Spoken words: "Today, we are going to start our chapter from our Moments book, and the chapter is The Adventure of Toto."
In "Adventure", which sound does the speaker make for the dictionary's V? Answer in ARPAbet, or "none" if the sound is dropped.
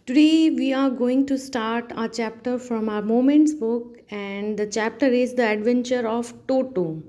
V